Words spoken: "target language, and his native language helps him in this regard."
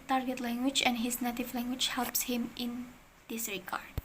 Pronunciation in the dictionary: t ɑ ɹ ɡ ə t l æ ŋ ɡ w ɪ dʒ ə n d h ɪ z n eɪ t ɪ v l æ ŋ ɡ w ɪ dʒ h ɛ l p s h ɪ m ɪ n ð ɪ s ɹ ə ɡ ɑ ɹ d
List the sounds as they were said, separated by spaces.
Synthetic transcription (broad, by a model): t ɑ ɹ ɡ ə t l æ ŋ ɡ w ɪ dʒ ə n d h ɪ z n eɪ t ɪ v l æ ŋ ɡ w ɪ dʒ h ɛ l p s h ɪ m ɪ n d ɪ s ɹ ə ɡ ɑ ɹ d